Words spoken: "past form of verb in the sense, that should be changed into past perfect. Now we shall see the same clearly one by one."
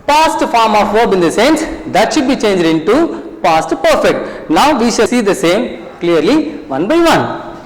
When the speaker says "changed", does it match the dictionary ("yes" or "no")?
yes